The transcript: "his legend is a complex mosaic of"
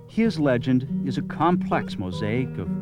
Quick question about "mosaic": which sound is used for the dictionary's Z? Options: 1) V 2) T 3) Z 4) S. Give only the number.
3